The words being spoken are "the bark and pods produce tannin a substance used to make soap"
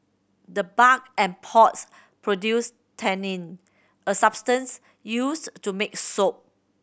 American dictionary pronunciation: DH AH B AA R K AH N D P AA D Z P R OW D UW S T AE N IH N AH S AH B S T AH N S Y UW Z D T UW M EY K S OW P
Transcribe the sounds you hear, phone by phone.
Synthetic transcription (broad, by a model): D AH B AA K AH N P AA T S P R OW D UW S T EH N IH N AH S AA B S T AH N S Y UW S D T UW M EY K S OW P